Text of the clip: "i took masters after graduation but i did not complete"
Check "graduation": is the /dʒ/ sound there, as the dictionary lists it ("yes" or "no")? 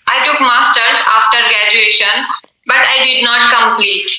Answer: yes